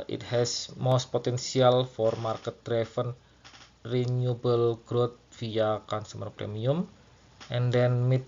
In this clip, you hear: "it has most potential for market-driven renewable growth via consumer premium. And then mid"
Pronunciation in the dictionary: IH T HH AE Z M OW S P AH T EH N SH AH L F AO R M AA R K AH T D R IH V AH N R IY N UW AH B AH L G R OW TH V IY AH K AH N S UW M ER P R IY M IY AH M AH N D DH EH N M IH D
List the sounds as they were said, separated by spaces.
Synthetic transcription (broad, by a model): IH T HH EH S M OW S P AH T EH N S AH L F AO R M AA R K AH T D R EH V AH N R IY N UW B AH L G R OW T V IY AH K AH N S UW M ER P R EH M IY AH M AH N D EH N M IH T